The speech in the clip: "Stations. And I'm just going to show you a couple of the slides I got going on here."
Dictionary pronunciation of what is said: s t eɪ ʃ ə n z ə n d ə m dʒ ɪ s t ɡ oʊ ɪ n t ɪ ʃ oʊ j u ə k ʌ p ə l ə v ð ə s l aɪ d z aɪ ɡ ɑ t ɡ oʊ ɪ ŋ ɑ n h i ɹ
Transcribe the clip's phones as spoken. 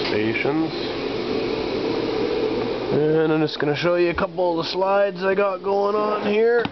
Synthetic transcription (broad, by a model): s t eɪ ʃ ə n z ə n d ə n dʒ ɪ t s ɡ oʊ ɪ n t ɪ ʃ oʊ j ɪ ə k ʌ p l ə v ð ə s l aɪ d z aɪ ɡ ɑ t ɡ oʊ ɪ ŋ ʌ n h i ɹ